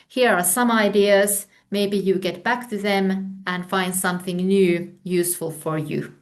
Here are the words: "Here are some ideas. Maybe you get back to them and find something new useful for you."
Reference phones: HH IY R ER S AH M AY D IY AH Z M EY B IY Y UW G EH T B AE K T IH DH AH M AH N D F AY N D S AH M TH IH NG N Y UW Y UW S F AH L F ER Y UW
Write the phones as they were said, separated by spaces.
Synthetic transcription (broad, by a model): HH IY R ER S AH M AY D IY AH Z M EY B IY Y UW G EH T B AE K T IH DH AH M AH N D F AY N D S AH M TH IH NG N Y UW Y UW S F AH L F ER Y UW